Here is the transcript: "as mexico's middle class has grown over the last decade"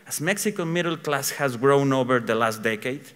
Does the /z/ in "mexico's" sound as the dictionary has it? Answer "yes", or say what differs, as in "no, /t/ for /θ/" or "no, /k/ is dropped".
no, /z/ is dropped